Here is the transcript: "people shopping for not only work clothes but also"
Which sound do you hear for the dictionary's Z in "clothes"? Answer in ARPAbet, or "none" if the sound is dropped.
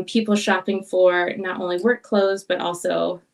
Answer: Z